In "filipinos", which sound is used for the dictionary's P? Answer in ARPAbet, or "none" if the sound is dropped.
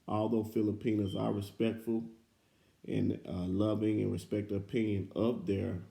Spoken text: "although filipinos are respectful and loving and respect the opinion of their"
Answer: P